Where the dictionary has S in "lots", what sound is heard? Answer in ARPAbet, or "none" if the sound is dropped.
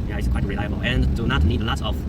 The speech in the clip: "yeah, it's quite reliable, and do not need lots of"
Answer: none